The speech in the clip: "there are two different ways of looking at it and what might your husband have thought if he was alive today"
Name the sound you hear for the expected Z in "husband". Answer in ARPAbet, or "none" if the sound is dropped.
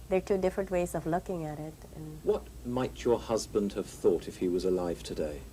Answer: Z